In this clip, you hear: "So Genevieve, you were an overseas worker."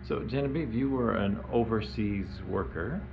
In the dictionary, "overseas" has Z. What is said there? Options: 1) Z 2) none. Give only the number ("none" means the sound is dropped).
1